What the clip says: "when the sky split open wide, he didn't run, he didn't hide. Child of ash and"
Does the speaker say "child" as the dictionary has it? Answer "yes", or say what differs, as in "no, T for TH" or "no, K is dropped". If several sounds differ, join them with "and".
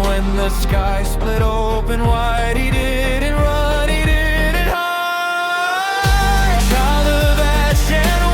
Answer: no, D is dropped